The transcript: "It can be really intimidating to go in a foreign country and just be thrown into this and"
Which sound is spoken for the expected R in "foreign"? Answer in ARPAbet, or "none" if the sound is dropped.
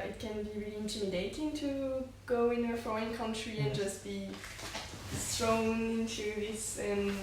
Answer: none